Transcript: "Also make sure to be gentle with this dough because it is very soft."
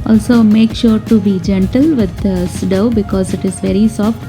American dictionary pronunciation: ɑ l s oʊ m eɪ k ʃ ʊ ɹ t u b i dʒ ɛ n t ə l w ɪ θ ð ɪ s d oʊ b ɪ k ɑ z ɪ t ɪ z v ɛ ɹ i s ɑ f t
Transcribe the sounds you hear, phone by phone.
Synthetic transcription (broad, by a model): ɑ l s oʊ m eɪ k ʃ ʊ ɹ t u b i dʒ ɛ n t ə l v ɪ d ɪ s d oʊ b ɪ k ɑ z ɪ t ɪ z v ɛ ɹ i s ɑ f t